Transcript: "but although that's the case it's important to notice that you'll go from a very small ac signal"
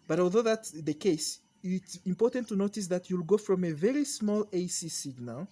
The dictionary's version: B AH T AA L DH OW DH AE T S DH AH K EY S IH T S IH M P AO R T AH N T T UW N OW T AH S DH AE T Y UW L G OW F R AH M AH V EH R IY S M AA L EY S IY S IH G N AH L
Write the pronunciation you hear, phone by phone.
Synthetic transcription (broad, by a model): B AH T AA L DH OW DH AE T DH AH K EY S IH T S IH M P AO R T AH N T T UW N OW T AH S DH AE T Y UW L G OW F R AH M AH V EH R IY S M AA L EY S IY S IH G N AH L